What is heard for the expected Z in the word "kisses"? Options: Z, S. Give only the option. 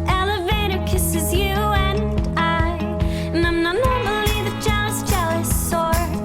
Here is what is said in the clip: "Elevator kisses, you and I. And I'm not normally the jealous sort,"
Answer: Z